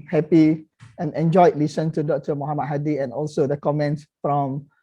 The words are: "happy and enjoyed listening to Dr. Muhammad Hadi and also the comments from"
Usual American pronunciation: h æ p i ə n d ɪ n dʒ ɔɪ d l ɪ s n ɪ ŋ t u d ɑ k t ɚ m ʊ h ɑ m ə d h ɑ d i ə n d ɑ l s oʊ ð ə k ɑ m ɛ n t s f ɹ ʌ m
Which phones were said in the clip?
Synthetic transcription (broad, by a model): h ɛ p i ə n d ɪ n dʒ ɔɪ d l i s ɪ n t u d ɑ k t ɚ m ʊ h ɑ m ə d h ɑ d i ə n ɑ l s oʊ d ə k ɑ m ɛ n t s f ɹ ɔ m